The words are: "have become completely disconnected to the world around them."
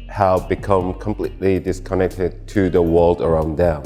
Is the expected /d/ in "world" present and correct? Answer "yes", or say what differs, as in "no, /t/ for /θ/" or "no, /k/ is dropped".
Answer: yes